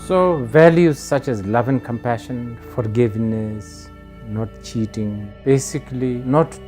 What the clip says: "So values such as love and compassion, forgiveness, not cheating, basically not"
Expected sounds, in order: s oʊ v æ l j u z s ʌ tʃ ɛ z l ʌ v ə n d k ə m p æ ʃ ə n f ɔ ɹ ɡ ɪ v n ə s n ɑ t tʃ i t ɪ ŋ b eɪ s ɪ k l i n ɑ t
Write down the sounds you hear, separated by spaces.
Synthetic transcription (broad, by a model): s oʊ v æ l j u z s ʌ tʃ ɛ z l ʌ v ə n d k ə m p æ ʃ ə n f ɔ ɹ ɡ ɪ v n ə s n ɑ t tʃ i t ɪ ŋ b eɪ s ɪ k l i n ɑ t